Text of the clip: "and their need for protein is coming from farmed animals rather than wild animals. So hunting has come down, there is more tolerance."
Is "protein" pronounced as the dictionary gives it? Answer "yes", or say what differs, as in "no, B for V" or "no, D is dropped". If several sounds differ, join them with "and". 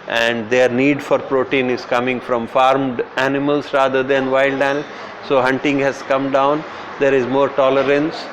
yes